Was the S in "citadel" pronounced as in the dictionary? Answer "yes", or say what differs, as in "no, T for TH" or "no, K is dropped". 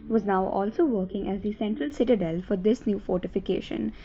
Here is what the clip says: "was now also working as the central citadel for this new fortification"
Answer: yes